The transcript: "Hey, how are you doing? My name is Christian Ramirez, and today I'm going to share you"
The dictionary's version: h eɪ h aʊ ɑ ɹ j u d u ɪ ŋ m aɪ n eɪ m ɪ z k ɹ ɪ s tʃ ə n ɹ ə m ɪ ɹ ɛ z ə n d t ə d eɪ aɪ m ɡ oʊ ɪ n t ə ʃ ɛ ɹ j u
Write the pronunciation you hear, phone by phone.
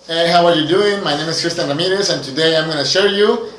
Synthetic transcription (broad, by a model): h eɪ h aʊ ɑ ɹ j u d u ɪ ŋ m aɪ n eɪ m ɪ s k ɹ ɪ s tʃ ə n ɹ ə m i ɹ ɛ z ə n t ə d eɪ aɪ m ɡ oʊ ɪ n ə ʃ ɛ ɹ j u